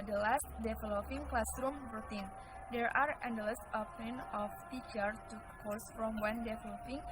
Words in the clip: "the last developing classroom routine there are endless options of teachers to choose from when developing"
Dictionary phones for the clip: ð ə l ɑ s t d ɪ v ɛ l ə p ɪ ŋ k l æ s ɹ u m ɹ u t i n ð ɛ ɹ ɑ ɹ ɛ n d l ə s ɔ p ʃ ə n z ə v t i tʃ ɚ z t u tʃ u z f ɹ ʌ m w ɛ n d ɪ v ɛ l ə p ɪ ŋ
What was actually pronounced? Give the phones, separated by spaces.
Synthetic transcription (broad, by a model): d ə l ɑ s t d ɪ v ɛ l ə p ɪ ŋ k l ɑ s ɹ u m ɹ u t i n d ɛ ɹ ɑ ɹ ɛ n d l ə s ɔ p ə n ə f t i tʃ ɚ t u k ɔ s f ɹ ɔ m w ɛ n d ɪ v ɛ l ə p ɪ ŋ